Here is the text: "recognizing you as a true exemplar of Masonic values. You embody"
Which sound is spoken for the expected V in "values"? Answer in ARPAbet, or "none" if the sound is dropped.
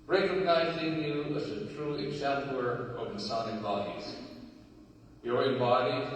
B